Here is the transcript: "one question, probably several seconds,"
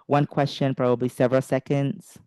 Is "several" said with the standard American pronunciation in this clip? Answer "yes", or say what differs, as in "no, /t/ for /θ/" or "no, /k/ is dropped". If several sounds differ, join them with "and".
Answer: yes